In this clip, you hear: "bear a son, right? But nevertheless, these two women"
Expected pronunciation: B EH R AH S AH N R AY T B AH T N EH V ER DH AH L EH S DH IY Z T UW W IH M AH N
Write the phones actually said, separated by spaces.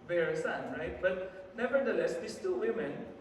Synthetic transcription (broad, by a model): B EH R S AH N R AY T B AH T N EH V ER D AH L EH S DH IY S T UW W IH M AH N